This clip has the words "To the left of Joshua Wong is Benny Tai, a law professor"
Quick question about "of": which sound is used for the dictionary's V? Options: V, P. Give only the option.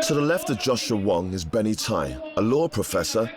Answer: V